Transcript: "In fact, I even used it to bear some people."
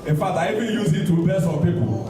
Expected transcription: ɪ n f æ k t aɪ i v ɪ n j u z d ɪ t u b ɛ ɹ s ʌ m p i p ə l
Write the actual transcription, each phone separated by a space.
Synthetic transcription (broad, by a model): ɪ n f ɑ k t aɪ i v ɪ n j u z ɪ t u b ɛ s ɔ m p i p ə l